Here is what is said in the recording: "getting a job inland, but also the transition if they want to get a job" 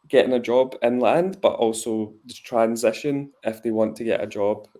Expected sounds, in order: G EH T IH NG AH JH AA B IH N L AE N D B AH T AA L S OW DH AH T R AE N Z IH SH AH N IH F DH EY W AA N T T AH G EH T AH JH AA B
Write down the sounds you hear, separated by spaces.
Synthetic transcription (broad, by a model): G EH T IH NG AH JH AA B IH N L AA N D B AH T AA L S OW DH AH T R AE N Z IH SH AH N IH F DH EY W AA N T T AH G EH T AH JH AA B